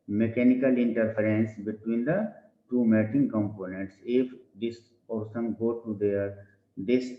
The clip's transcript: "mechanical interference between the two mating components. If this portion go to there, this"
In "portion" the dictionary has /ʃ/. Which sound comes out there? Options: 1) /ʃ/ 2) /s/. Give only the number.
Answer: 2